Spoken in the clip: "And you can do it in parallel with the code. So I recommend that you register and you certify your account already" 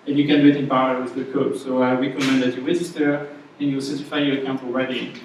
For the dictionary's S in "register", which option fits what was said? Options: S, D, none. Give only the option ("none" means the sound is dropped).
none